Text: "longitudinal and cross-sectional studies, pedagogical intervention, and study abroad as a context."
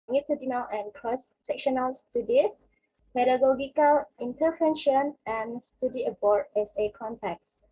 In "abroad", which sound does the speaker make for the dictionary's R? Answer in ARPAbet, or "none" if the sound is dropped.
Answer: none